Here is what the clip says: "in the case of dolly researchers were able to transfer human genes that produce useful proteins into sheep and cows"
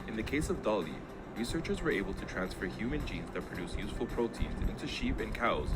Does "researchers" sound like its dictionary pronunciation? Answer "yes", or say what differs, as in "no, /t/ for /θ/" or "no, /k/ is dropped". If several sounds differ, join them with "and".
yes